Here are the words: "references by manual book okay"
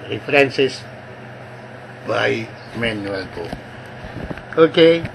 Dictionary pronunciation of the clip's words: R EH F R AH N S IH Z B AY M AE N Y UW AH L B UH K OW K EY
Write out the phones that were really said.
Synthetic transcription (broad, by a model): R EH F R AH N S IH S B AY M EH N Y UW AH L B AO OW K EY